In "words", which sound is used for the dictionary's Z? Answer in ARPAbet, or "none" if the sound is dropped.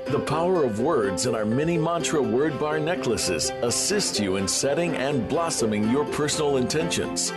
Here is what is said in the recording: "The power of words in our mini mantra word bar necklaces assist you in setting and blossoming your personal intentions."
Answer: Z